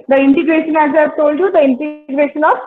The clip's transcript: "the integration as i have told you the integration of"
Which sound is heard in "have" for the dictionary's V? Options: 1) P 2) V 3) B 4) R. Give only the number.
1